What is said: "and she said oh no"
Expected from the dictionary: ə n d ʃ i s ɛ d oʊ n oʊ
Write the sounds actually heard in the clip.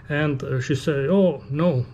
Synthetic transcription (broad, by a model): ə n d ʃ i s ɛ oʊ n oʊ